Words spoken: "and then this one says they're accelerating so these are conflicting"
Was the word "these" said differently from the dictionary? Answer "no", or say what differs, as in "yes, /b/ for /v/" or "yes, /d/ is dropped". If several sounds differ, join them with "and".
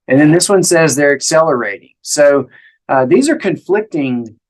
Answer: no